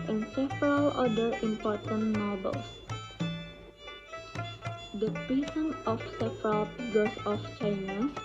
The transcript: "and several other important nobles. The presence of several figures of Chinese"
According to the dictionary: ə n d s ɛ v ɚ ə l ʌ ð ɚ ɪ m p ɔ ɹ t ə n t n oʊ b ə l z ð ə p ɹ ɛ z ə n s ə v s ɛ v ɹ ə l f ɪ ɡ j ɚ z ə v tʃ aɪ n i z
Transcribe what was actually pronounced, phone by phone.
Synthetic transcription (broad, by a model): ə n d s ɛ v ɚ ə l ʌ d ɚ ɪ m p ɔ ɹ t ə n t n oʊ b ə l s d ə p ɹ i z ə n ə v s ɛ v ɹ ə l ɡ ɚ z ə f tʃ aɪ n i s